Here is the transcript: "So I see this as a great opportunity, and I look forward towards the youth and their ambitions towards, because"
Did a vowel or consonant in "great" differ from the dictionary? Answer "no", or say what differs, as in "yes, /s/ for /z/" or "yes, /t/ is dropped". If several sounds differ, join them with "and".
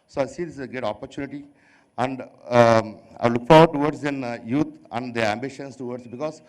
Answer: yes, /ɹ/ is dropped